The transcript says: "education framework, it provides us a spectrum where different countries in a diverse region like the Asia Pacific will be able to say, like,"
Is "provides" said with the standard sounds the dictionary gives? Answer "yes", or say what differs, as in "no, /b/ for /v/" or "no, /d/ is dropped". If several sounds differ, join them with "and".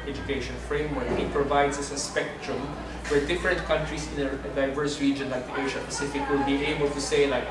no, /s/ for /z/